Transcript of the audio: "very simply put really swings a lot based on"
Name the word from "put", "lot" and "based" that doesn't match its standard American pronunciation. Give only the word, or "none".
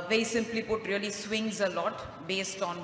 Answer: none